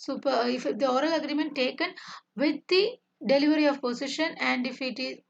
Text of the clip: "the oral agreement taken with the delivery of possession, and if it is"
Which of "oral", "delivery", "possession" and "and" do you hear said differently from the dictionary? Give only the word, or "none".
possession